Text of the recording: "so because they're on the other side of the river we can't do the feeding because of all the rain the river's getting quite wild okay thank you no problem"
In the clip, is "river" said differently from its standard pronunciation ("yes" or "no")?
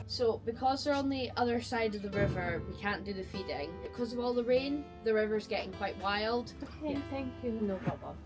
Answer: no